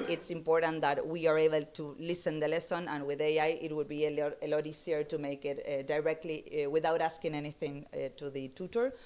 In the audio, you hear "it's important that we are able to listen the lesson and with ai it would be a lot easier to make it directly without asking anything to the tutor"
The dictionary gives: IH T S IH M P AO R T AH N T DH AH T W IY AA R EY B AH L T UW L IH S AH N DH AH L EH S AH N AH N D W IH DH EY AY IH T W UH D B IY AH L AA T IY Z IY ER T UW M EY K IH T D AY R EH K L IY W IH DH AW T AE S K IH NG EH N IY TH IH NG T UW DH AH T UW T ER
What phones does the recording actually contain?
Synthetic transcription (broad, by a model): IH T S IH M P AO R T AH N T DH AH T W IY AA R EY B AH L T UW L IH S AH N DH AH L EH S AH N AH N W IH DH EY AY IH T W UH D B IY AH L AA T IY S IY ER T UW M EY K IH T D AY R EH K L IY W IH DH AW T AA S K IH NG EH N IY TH IH NG T UW DH AH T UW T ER